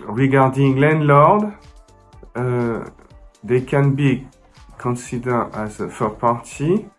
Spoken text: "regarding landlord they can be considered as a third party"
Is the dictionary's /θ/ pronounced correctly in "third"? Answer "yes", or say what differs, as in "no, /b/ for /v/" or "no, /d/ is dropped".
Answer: no, /f/ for /θ/